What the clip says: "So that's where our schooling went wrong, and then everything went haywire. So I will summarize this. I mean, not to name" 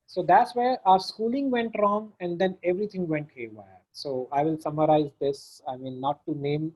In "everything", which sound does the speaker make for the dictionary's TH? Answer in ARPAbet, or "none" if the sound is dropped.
T